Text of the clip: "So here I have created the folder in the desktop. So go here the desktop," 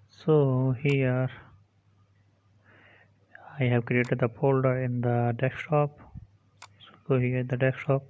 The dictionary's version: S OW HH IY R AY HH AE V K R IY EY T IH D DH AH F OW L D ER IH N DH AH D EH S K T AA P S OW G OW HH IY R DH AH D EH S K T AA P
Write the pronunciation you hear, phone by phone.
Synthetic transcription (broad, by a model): S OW HH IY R AY HH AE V K R IY EY T IH D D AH P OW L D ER IH N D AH D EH K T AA P S OW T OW HH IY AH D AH D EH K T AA P